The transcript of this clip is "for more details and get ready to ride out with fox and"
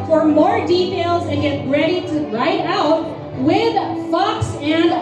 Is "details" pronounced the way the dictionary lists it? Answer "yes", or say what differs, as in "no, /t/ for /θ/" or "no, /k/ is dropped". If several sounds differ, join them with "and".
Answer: yes